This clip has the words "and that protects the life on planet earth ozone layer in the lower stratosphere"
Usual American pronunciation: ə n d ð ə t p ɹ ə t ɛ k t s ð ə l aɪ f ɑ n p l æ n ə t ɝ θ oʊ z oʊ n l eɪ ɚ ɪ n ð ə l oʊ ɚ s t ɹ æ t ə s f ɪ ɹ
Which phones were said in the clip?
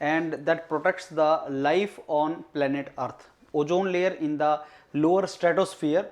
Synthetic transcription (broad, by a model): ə n d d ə t p ɹ ə t ɛ k t s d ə l aɪ f ɑ n p l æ n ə t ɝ t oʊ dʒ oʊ n l eɪ ɚ ɪ n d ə l oʊ ɚ s t ɹ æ t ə s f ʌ ɹ